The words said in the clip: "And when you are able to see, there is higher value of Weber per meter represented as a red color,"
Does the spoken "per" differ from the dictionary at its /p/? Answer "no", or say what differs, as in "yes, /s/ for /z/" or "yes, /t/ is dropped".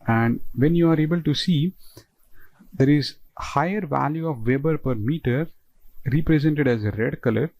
no